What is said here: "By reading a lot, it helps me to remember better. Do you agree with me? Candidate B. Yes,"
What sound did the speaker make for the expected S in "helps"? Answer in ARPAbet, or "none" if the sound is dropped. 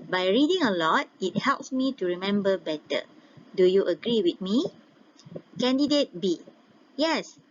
S